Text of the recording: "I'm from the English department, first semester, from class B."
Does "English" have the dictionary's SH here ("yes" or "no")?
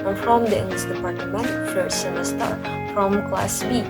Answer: no